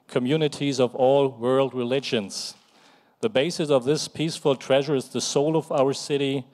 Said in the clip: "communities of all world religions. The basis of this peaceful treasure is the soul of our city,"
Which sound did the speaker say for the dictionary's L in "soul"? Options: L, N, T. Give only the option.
L